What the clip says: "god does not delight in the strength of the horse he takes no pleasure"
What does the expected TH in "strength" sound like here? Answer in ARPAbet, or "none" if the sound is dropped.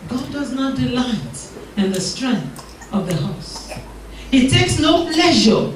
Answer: TH